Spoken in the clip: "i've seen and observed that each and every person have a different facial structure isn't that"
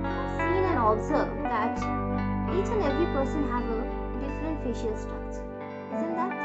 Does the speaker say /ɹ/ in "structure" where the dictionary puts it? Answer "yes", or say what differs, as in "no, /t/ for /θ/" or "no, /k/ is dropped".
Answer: no, /ɹ/ is dropped